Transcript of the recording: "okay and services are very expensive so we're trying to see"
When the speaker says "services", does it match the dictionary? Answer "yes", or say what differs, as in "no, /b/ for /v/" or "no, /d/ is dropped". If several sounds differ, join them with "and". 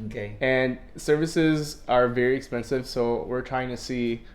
yes